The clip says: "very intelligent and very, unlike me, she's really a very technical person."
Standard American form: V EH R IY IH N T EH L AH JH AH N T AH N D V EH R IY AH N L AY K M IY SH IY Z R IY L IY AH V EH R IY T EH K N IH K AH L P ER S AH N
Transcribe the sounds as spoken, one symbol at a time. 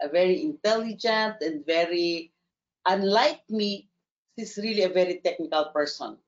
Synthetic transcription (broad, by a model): V EH R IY IH N T EH L AH JH AH N T AH N D V EH R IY AH N L AY K M IY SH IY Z R IY L IY AH V EH R IY T EH K N IH K AH L P ER S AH N